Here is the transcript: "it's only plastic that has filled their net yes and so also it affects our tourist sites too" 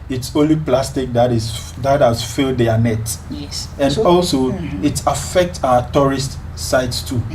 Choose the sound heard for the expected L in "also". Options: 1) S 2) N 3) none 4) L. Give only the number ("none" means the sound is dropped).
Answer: 4